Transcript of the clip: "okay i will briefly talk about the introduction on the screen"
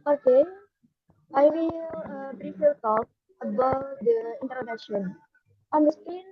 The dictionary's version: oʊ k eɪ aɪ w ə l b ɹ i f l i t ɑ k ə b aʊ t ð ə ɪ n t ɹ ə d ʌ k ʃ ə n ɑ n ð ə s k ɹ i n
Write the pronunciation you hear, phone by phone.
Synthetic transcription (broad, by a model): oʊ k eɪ aɪ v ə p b ɹ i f i t ɑ k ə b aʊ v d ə ɪ n t ɹ ə d ʌ k ʃ ə n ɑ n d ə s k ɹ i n